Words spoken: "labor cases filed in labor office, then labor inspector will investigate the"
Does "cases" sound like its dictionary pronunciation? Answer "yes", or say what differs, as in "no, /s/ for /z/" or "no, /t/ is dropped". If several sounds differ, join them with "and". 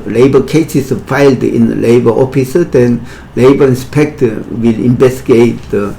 no, /s/ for /z/